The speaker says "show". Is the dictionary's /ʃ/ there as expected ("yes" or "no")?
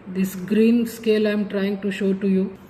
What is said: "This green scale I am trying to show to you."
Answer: yes